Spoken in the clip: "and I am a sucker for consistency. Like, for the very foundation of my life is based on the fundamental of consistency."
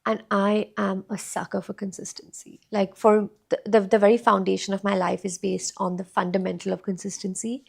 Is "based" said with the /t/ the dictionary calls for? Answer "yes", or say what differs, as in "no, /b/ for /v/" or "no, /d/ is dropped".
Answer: yes